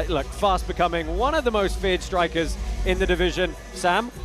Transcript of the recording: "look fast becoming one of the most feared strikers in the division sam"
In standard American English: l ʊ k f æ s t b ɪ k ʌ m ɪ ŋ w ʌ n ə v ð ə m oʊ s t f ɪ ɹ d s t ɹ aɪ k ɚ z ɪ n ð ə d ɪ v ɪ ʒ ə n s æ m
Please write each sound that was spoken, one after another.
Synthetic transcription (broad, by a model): l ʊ k f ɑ s t b ɪ k ʌ m ɪ ŋ w ʌ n ə v ð ə m oʊ s t f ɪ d s t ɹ aɪ k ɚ z ɪ n ð ə d ɪ v ɪ ʒ ə n s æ m